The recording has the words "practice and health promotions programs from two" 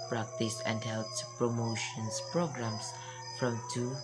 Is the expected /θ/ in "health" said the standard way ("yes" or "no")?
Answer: no